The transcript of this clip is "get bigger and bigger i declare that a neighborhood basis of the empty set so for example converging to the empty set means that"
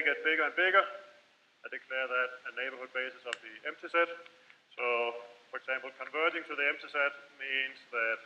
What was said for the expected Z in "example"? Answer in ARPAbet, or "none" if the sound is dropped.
S